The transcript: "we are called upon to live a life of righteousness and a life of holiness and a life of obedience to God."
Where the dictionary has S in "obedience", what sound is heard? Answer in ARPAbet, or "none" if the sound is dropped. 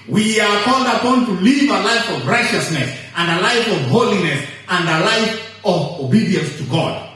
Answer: S